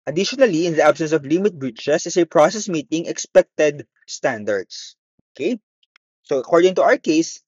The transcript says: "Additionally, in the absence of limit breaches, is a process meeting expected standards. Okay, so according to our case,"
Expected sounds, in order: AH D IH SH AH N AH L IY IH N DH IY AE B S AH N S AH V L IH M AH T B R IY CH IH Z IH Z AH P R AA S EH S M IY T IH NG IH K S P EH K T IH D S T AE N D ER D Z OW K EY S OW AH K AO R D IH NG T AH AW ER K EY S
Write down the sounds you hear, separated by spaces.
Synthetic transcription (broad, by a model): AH D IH SH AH N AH L IY IH N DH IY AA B S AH N S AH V L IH M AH T B R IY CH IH S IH S AH P R AA S EH S M IY T IH NG IH K S P EH K T IH D S T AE N D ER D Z OW K EY S OW AH K AO R D IH NG T AH AW ER K EY S